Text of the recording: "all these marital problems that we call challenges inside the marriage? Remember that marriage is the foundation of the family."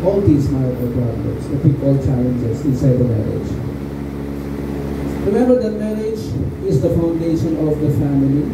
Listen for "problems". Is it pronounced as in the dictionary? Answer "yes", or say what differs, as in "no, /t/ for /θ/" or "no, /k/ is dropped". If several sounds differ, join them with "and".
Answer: no, /m/ is dropped